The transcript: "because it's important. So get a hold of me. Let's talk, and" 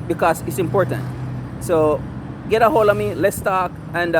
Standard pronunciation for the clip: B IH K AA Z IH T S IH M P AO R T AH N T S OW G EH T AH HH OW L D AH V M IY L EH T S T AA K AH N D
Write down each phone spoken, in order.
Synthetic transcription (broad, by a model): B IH K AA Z IH T S IH M P AO R T AH N T S OW G EH T AH HH OW L AH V M IY L EH T S T AA K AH N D